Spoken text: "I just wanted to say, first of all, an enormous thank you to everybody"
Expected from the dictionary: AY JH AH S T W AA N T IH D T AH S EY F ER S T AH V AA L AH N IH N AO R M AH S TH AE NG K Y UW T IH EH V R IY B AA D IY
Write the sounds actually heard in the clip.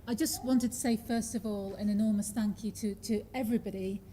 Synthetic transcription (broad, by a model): AY JH AH S T W AA N T IH D T AH S EY F ER S T AH V AA L AH N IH N AO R M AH S TH AE NG K Y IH T IH EH V R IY B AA D IY